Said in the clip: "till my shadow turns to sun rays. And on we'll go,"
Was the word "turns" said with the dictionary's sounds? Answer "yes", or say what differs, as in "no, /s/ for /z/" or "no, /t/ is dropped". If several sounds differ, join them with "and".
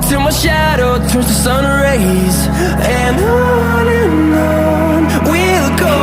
no, /n/ is dropped